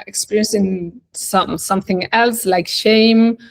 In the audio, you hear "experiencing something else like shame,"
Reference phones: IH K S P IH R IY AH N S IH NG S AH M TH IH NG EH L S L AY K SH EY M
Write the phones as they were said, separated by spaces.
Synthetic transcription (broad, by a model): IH K S P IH R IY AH N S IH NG S AH M TH IH NG EH L S L AY K SH EY M